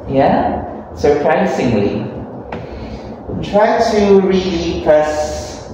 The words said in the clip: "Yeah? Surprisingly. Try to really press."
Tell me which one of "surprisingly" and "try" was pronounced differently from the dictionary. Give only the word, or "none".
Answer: surprisingly